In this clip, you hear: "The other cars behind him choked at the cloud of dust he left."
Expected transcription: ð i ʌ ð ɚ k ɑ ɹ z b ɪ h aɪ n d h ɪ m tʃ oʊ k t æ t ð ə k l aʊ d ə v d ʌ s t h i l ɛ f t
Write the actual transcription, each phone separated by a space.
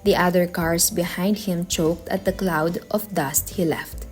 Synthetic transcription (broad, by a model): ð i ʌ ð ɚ k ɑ ɹ s b ɪ h aɪ n d h ɪ m tʃ oʊ k t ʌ t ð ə k l aʊ d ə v d ʌ s t h i l ɛ f t